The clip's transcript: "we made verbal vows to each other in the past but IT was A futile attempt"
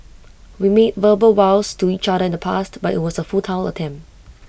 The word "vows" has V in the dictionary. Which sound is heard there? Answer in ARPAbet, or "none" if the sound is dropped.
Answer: W